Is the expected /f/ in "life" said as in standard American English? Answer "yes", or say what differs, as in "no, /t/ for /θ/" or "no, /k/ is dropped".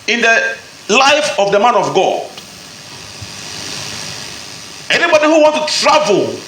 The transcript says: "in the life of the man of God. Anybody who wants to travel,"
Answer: yes